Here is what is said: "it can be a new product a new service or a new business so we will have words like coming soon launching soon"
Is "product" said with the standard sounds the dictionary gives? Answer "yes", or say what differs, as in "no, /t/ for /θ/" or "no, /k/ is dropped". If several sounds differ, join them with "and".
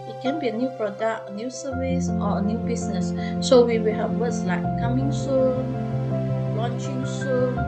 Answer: yes